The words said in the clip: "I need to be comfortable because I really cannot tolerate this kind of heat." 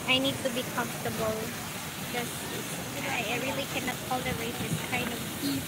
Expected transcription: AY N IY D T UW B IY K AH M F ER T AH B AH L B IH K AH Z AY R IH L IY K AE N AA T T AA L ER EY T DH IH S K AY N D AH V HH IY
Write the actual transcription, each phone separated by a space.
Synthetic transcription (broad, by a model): AY N IY D T UW B IY K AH M F T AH B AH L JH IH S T AY R IH L IY K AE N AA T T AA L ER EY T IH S K AY N D AH V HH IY